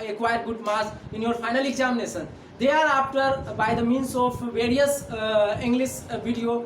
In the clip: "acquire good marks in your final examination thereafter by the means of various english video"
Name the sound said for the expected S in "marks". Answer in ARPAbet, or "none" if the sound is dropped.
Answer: none